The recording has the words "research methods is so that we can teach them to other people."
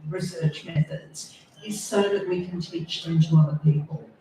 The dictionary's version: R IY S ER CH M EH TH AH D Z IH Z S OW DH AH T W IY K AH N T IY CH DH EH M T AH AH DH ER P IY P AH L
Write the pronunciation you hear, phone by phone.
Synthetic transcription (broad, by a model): R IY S ER CH M EH TH AH D Z IH Z S OW DH AH T W IY K AH N T IY CH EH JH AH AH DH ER P IY P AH L